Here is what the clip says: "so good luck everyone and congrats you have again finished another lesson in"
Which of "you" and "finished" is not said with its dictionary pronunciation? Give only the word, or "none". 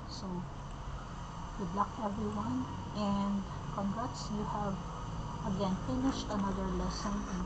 none